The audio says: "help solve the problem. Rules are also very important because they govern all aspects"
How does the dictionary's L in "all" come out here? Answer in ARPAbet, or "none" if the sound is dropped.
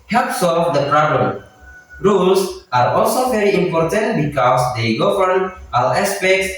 W